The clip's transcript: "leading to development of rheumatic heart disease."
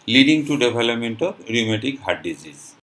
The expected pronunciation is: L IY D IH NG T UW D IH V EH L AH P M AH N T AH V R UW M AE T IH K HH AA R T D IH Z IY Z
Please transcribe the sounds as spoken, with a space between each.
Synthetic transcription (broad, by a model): L IY D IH NG T UW D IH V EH L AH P M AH N T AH B R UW M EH T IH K HH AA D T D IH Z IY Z